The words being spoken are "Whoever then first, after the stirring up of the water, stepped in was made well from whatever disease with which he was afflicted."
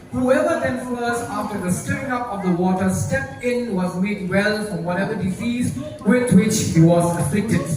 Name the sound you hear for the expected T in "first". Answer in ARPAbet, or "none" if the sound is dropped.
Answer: none